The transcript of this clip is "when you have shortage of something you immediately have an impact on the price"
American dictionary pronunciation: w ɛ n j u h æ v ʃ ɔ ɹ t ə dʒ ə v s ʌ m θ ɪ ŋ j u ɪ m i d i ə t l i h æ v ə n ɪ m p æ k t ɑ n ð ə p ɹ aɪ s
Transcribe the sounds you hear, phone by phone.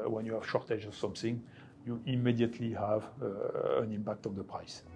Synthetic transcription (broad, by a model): w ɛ n j u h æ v ʃ ɔ ɹ t ə dʒ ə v s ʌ m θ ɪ ŋ j u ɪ m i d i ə t l i h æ v ə n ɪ m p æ k t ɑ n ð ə p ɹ aɪ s